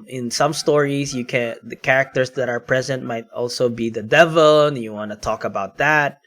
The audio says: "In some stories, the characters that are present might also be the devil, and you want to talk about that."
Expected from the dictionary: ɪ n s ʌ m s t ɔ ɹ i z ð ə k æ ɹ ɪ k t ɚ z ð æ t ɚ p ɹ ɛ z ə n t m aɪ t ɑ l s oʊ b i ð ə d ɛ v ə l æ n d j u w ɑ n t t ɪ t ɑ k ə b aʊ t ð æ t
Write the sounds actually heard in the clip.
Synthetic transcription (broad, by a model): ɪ n s ʌ m s t ɔ ɹ i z ð ə k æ ɹ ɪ k t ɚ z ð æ t ɚ p ɹ ɛ z ə n t m aɪ t ɑ l s oʊ b i ð ə d ɛ v ə l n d j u w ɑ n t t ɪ t ɑ k ə b aʊ t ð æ t